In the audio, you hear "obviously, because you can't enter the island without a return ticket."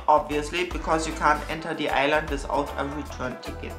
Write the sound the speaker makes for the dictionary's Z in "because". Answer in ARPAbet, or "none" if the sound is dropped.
S